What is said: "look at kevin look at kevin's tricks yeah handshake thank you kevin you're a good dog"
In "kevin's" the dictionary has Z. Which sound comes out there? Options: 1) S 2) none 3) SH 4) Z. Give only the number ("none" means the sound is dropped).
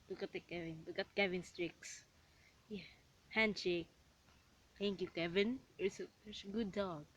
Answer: 1